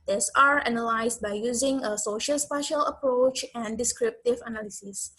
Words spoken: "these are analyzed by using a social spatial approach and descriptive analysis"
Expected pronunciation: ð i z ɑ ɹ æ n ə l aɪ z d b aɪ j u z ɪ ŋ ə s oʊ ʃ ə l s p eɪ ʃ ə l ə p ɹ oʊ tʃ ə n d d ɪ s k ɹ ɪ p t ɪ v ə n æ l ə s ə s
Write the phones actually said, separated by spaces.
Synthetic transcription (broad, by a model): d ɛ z ɑ ɹ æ n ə l aɪ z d b aɪ j u z ɪ ŋ ə s oʊ ʃ ə l s p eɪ ʃ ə l ə p ɹ oʊ tʃ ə n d d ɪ s k ɹ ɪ p t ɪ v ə n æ l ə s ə s